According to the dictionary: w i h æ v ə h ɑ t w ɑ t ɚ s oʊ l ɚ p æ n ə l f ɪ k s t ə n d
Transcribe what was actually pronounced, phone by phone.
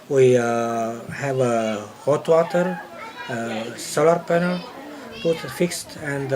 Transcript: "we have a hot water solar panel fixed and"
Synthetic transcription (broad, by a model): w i h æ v ə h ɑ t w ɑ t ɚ s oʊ l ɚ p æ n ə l f ɪ k s t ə n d